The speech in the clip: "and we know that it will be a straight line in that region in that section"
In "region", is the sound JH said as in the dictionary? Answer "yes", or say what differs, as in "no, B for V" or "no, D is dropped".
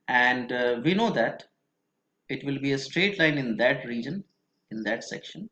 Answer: yes